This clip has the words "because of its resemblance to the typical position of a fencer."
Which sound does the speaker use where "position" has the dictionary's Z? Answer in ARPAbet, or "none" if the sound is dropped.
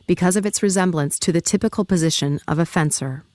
Z